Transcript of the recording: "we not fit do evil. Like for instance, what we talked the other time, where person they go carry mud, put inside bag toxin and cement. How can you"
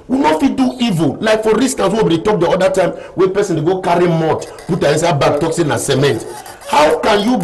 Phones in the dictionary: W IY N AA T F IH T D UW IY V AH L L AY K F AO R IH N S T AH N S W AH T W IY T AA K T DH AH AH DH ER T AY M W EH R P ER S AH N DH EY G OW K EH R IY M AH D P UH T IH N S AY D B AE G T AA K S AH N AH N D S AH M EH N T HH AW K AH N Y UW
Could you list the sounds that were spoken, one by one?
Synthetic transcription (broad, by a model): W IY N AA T F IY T D UW IY V AH L L AY K F AO R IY S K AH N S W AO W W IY T AA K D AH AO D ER T AY M W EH P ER S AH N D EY G OW K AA R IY M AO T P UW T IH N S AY B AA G T AA K S AH N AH S AH M EH N T HH AW K AH N Y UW